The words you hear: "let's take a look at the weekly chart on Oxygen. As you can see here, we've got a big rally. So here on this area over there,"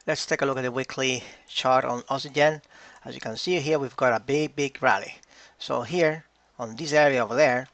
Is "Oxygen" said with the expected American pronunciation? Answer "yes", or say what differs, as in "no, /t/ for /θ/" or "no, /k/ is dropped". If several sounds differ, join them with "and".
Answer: no, /k/ is dropped